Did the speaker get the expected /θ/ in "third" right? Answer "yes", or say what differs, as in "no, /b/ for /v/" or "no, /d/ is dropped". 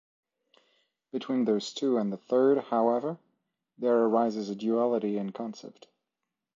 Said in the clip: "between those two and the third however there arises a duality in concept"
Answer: yes